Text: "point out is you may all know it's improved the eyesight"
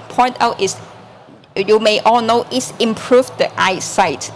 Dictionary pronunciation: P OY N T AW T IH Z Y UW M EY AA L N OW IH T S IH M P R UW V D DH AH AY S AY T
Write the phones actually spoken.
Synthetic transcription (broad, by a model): P OY N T AW T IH S Y UW M EY AA L N OW IH T S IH M P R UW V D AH AY S AY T